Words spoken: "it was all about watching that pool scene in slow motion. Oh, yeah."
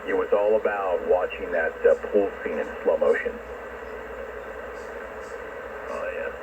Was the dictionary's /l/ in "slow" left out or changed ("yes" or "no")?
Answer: no